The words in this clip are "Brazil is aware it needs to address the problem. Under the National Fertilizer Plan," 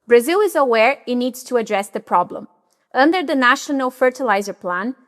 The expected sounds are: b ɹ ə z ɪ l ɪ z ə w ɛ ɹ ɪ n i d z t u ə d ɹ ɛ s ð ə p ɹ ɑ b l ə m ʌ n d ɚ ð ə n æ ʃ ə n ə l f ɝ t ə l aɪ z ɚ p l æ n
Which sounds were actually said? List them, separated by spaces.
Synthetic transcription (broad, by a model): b ɹ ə z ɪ l ɪ z ə w ɛ ɹ ɪ n i d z t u ə d ɹ ɛ s ð ə p ɹ ɑ b l ə m ʌ n d ɚ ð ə n æ ʃ ə n ə l f ɝ t ə l aɪ z ɚ p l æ n